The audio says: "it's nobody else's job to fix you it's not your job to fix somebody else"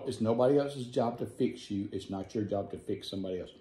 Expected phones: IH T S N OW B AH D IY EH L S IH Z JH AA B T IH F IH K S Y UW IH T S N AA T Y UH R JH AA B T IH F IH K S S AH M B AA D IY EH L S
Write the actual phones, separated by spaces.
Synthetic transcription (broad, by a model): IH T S N OW B AH D IY EH L S IH Z JH AA B T IH F IH K S Y UW IH T S N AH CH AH R JH AA B T IH F IH K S S AH M B AA D IY EH L S